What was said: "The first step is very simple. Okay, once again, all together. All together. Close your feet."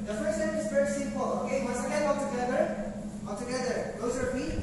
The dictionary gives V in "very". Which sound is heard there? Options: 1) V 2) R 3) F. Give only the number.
3